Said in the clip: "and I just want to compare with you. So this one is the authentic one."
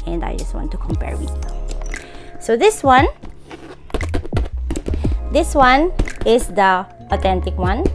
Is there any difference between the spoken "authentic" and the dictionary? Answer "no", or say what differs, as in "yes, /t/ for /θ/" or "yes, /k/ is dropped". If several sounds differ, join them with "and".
yes, /t/ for /θ/